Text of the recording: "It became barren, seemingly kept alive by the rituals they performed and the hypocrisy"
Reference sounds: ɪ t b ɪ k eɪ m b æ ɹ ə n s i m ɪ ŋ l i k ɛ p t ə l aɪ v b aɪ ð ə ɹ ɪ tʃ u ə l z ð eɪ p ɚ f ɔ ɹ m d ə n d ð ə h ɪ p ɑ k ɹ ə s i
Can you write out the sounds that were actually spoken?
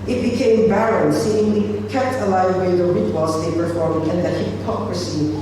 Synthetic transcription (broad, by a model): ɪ t b ɪ k eɪ m b æ ɹ ə n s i ɪ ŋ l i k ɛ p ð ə l aɪ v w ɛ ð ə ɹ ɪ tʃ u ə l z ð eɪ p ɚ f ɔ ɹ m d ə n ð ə h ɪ p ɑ k ɹ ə s i